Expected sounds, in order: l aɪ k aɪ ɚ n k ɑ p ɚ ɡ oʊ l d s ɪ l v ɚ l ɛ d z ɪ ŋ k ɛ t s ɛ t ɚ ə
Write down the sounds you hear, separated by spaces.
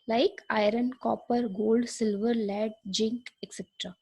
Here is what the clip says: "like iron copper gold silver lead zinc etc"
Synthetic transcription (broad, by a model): l aɪ k aɪ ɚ n k ɑ p ɚ ɡ oʊ l d s ɪ l v ɚ l ɛ d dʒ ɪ ŋ k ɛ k s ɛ t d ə